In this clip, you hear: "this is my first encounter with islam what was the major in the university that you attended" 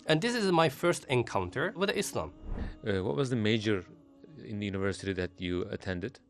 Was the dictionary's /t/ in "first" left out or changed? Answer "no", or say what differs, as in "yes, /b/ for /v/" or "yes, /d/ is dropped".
no